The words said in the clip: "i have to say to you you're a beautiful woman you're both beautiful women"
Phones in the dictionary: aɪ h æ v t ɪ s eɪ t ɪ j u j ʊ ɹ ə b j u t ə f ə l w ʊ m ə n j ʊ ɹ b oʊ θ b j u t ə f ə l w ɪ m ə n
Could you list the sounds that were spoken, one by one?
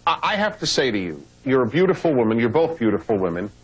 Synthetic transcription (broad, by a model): aɪ h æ f t ɪ s eɪ t ɪ j u j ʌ ɹ ə b j u t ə f l w ʊ m ə n j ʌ ɹ b oʊ θ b j u t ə f l w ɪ m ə n